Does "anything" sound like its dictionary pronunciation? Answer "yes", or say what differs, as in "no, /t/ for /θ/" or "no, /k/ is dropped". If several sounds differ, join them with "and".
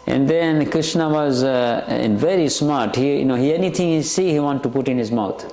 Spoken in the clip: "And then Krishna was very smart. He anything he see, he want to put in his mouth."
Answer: no, /t/ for /θ/